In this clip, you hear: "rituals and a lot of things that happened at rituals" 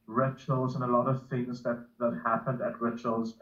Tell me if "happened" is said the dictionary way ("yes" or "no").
yes